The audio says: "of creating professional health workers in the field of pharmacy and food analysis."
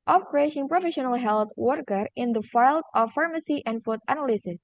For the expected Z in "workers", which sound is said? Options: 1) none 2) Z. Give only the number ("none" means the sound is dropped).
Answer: 1